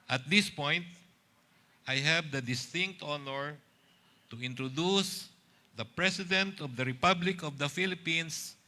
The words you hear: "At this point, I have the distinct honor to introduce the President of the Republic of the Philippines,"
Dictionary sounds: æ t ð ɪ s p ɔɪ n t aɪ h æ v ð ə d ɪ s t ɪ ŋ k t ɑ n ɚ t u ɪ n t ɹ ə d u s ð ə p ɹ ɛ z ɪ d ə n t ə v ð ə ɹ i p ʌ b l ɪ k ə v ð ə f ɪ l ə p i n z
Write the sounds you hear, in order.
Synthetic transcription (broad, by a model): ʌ t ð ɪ s p ɔɪ n t aɪ h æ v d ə d ɪ s t ɪ ŋ k t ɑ n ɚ t u ɪ n t ɹ ə d u s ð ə p ɹ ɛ s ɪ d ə n t ə v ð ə ɹ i p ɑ b l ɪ k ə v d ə f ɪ l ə p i n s